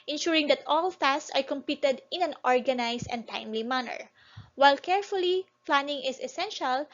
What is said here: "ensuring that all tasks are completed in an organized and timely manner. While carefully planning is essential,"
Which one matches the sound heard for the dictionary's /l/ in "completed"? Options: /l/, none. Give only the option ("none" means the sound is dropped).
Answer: none